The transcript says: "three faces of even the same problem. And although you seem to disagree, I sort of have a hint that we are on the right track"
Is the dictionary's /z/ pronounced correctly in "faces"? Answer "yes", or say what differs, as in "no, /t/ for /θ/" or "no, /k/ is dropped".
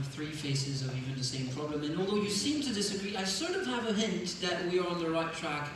yes